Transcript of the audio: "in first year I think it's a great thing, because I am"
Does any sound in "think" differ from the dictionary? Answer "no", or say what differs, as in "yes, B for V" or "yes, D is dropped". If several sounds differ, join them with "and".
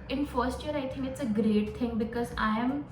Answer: yes, T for TH